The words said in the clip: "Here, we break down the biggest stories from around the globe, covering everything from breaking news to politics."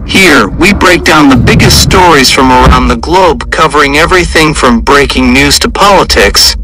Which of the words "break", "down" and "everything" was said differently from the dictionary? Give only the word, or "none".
none